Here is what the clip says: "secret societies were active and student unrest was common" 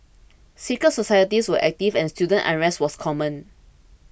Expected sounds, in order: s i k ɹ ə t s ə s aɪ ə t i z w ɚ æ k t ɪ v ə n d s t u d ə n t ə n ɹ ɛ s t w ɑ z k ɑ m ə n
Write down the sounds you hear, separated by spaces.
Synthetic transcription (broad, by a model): s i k ə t s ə s aɪ ə t i s w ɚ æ k t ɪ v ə n s t u d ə n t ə ɹ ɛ s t w ɑ s k ɑ m ə n